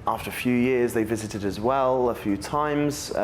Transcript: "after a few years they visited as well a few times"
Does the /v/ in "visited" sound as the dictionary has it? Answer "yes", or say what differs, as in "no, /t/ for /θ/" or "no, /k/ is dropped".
yes